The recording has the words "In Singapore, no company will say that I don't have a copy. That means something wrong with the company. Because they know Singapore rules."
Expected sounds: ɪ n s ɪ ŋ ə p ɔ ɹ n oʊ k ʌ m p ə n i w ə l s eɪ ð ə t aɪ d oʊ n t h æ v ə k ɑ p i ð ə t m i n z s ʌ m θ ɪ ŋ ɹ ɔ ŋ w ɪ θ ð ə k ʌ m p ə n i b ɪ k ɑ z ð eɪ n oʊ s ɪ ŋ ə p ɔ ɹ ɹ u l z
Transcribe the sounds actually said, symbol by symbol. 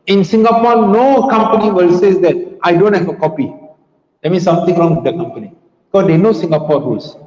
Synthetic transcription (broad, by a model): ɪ n s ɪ ŋ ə p ɔ n oʊ k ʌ m p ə n i w ə l s eɪ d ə t aɪ d oʊ n t h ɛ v ə k ɑ p i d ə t m i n s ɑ m t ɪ ŋ ɹ ɔ ŋ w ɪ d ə k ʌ m p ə n i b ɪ k ɑ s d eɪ n oʊ s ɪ ŋ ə p ɔ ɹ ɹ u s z